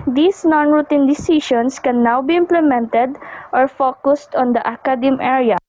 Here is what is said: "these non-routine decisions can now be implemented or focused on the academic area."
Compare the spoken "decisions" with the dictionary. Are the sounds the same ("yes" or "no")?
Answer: no